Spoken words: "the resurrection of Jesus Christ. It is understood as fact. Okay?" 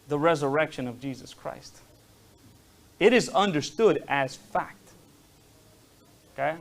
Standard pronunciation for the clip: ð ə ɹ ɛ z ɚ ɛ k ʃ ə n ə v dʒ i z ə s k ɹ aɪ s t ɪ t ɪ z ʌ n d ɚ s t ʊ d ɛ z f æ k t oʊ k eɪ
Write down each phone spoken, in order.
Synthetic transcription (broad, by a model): ð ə ɹ ɛ z ɚ ɛ k ʃ ə n ə v dʒ i z ə s k ɹ aɪ s t ɪ t ɪ z ʌ n d ɚ s t ʊ d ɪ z f æ k t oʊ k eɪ